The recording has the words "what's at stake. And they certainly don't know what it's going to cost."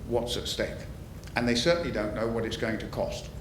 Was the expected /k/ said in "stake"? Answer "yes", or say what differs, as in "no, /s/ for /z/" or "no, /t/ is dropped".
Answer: yes